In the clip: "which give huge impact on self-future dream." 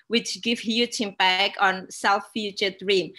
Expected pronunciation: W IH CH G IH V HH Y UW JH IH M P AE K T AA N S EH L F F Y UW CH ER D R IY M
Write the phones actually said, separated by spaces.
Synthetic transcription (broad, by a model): W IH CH G IH V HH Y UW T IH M B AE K AA N S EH L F F Y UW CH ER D R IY M